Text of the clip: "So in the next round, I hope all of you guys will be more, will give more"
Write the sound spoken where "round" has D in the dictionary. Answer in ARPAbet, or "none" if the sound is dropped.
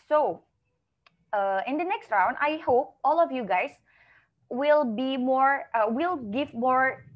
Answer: D